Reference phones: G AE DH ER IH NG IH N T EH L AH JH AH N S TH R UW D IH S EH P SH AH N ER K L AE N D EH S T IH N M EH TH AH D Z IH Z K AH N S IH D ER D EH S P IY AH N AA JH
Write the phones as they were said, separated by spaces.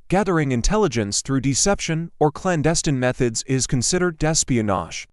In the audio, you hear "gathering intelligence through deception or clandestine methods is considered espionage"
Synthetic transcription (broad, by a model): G AE DH ER IH NG IH N T EH L AH JH AH N S TH R UW D IH S EH P SH AH N ER K L AE N D EH S T IH N M EH TH AH D Z IH Z K AH N S IH D ER D EH S P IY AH N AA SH